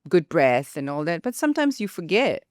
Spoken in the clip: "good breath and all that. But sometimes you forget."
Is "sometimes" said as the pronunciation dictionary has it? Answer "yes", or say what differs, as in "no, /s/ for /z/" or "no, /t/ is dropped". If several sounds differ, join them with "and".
yes